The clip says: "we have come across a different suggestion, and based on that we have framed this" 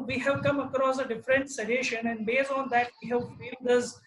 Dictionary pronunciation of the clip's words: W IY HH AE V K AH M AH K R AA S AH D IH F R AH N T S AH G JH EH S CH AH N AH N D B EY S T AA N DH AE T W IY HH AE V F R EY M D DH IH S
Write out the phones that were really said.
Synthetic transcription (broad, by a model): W IY HH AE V K AH M AH K R AA S AH D IH F R AH N T S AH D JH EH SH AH N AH N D B EY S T AA N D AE T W IY HH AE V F EY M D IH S